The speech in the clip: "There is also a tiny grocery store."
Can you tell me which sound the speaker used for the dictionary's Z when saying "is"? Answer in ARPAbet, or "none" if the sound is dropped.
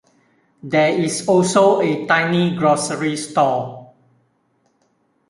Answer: S